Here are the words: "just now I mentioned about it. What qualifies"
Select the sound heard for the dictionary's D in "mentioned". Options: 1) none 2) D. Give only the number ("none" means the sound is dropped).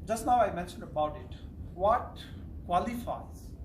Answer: 2